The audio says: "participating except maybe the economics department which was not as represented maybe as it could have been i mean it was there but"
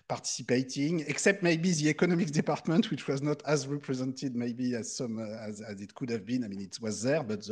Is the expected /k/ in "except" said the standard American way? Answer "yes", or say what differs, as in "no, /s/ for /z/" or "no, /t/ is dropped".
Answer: yes